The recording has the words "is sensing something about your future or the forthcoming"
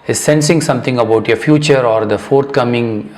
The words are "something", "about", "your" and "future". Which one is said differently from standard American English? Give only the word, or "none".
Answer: something